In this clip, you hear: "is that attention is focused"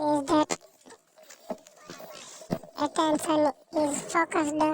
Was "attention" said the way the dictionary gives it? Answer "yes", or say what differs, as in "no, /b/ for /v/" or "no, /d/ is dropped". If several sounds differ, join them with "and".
no, /s/ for /ʃ/